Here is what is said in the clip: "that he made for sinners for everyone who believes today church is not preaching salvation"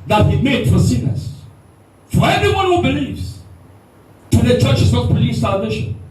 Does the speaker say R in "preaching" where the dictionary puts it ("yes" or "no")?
no